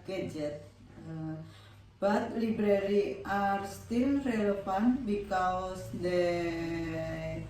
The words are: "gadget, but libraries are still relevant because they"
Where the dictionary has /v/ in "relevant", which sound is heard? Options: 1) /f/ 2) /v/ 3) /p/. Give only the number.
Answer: 1